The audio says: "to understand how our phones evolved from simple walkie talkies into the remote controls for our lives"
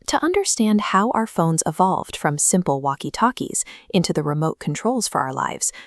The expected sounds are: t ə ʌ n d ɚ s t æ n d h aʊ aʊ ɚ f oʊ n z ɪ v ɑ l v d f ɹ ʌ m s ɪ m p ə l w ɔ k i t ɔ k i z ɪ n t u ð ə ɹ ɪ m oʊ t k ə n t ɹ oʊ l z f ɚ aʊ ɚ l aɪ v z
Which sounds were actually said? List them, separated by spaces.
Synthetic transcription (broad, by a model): t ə ʌ n d ɚ s t æ n d h aʊ aʊ ɚ f oʊ n z ɪ v ɑ l v d f ɹ ʌ m s ɪ m p l w ɔ k i t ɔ k i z ɪ n t u ð ə ɹ ɪ m oʊ t k n t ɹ oʊ l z f ɚ aʊ ɚ l aɪ v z